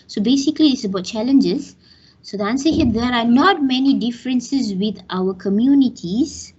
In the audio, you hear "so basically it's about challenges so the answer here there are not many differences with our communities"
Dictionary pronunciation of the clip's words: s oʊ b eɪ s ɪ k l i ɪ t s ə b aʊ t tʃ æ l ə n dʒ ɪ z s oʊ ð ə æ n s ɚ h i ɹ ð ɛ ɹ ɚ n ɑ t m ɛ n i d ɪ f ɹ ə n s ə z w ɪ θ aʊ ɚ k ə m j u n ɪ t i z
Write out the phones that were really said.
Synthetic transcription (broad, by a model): s oʊ b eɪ s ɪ k l i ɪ s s ə b aʊ t tʃ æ l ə n dʒ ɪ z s oʊ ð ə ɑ n s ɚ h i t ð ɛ ɹ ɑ n ɑ t m ɛ n i d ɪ f ɹ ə n s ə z w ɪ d aʊ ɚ k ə m j u n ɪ t i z